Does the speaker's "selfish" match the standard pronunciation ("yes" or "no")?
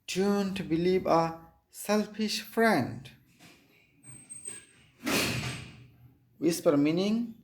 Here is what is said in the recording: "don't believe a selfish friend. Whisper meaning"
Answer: yes